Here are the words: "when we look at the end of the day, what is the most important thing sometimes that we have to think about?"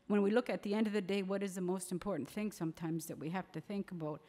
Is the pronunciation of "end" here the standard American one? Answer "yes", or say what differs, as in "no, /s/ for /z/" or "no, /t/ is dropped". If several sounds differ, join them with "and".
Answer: yes